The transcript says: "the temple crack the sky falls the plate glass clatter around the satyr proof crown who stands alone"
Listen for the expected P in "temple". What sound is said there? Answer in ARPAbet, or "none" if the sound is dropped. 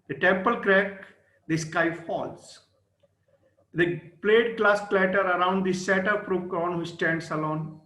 P